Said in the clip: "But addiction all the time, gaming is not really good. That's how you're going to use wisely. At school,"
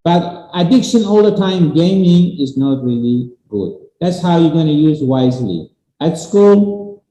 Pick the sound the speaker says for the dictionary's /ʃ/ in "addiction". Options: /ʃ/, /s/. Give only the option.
/ʃ/